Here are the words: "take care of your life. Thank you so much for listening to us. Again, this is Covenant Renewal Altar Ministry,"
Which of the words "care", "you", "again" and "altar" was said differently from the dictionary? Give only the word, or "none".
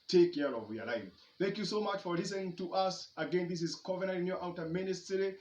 altar